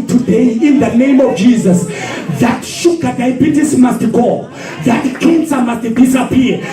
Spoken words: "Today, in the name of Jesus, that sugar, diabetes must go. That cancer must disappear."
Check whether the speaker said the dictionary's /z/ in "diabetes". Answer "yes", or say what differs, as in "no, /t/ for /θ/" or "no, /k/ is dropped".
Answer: no, /s/ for /z/